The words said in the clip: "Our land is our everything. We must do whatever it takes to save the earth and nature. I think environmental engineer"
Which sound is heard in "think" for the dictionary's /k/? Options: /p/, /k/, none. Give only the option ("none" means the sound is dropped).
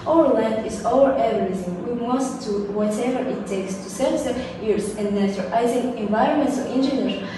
none